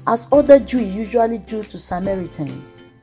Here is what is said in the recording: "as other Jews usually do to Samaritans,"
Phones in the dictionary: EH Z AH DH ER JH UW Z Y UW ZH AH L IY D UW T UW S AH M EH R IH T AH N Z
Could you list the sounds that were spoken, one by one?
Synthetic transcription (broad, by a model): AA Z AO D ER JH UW Y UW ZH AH L IY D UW T UW S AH M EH R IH T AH N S